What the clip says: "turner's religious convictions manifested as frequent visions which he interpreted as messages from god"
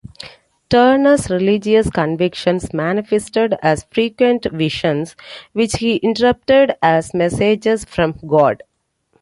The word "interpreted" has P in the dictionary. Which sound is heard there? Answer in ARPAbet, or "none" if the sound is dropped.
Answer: none